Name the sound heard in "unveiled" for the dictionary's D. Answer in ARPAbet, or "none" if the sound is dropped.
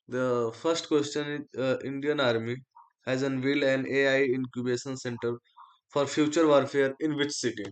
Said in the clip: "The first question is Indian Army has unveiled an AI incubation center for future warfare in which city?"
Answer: none